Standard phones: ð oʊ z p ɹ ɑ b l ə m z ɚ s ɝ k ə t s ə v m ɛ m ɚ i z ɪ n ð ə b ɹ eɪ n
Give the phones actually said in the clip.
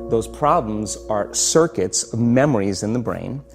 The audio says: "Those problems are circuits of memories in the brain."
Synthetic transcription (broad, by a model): ð oʊ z p ɹ ɑ b l ə m z ɚ s ɝ k ə t s ə v m ɛ m ɚ i z ɪ n ð ə b ɹ eɪ n